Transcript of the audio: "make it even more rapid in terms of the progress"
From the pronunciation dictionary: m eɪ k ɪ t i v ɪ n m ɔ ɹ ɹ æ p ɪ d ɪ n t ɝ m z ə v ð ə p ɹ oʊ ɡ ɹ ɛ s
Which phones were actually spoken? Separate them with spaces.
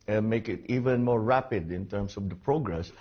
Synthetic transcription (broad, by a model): m eɪ k ɪ t i v ɪ n m ɔ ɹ ɹ æ p ɪ d ɪ n t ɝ m s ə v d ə p ɹ oʊ ɡ ɹ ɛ s